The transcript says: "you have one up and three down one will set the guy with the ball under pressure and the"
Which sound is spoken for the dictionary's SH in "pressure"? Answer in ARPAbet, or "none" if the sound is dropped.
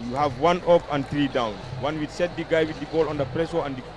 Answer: S